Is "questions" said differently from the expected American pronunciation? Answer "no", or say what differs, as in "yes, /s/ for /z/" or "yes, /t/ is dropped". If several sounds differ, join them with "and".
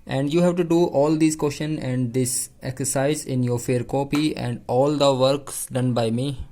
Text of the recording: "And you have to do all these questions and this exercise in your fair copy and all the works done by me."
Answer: yes, /z/ is dropped